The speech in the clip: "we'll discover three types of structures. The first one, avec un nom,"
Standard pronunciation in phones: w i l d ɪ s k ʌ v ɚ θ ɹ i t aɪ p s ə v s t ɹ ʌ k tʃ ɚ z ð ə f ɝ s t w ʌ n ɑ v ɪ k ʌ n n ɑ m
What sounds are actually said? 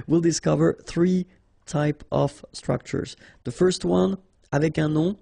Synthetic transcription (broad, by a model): w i l d ɪ s k ʌ v ɚ θ ɹ i t aɪ p ə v s t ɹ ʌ k tʃ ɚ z ð ə f ɝ s t w ʌ n ɑ v ɪ k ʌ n n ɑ